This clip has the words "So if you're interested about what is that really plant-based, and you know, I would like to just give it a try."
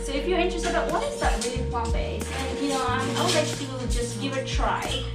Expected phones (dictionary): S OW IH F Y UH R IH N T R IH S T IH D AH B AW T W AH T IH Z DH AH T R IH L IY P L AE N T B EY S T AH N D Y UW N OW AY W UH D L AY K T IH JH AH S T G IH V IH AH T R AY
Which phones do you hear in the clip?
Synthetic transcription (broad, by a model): S OW IH F Y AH R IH N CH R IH S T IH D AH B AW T W AH T IH Z DH AH T R IH L IY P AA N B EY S AH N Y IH N OW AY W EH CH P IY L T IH JH AH S T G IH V IH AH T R AY